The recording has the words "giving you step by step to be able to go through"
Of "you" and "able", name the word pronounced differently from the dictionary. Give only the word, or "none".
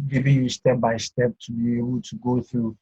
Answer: able